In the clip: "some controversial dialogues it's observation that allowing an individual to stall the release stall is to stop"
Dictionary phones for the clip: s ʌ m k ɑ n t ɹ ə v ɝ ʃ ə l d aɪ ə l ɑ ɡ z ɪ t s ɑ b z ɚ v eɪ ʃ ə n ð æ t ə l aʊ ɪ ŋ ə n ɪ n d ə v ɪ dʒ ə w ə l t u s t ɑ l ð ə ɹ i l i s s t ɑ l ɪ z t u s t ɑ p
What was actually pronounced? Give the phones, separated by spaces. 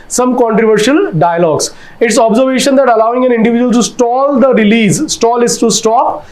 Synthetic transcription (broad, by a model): s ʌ m k ɑ n t ɹ ə v ɝ ʃ ə l d aɪ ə l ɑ ɡ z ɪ t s ɑ b z ɚ v eɪ ʃ ə n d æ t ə l aʊ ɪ ŋ ə n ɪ n d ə v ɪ dʒ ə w ə l t u s t ɑ l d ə ɹ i l i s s t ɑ l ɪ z t u s t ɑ p